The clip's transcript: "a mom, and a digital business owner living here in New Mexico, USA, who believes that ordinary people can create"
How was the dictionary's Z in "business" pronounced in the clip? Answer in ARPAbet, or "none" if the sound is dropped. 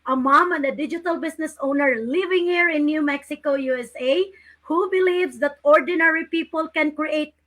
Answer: S